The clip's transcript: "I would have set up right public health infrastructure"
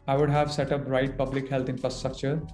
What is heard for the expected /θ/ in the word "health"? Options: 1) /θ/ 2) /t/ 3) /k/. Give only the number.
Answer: 2